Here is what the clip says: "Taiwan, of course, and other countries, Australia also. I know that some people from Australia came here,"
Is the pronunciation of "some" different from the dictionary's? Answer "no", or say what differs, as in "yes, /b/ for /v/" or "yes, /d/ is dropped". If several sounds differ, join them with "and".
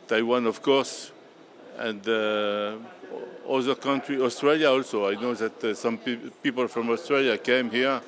no